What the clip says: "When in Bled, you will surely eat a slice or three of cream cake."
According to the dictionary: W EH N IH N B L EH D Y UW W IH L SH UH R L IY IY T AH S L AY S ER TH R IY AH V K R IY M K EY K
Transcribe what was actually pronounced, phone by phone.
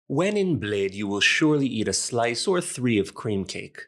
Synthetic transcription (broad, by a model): W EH N IH N B L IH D Y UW W IH L SH UH R L IY IY T AH S L AY S ER TH R IY AH V K R IY M K EY K